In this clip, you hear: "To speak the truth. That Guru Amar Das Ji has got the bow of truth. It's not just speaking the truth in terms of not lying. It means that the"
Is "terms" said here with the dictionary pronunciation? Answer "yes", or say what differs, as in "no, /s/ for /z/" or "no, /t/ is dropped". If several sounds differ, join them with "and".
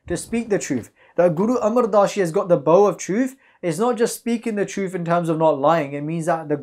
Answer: yes